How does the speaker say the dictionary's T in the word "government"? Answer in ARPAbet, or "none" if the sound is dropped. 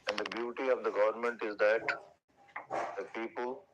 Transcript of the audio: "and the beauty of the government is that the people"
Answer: T